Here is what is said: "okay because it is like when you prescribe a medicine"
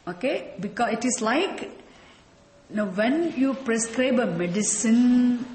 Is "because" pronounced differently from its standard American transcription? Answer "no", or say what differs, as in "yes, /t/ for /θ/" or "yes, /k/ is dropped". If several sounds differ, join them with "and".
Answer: yes, /z/ is dropped